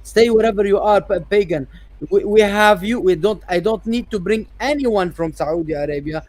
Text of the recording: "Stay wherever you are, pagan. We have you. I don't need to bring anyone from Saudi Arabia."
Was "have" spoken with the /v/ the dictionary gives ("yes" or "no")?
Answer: yes